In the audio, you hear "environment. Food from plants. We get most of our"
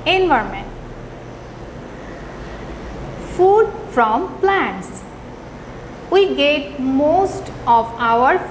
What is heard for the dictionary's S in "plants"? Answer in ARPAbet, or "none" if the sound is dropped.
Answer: S